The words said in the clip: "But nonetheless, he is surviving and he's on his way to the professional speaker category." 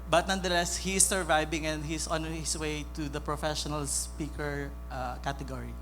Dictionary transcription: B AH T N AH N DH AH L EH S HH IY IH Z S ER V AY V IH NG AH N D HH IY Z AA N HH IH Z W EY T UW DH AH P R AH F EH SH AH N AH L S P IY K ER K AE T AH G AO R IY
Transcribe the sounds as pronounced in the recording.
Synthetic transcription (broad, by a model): B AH T N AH N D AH L EH S HH IY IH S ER V AY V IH NG AH N D HH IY S AA N HH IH S W EY T UW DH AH P R AH F EH SH AH N AH L S P IY K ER K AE T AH G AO R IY